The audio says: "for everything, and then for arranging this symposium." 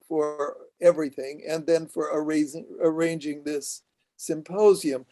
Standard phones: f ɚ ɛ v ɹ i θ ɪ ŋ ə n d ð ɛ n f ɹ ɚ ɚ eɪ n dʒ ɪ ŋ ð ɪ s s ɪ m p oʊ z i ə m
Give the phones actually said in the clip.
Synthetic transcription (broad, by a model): f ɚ ɛ v ɹ i θ ɪ ŋ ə n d ð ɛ n f ɹ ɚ ɚ eɪ n dʒ ɪ ŋ ð ɪ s s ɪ m p oʊ z i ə m